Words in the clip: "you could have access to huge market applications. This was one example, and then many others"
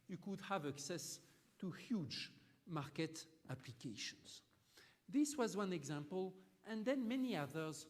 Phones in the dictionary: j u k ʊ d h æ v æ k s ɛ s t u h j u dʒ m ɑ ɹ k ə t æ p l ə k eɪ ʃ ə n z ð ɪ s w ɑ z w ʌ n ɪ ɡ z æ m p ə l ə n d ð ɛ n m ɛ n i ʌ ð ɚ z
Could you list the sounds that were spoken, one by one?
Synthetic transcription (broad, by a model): j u k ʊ d h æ v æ k s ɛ s t u h j u dʒ m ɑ ɹ k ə t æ p l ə k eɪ ʃ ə n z ð ɪ s w ɑ z w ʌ n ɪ ɡ z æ m p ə l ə n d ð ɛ n m ɛ n i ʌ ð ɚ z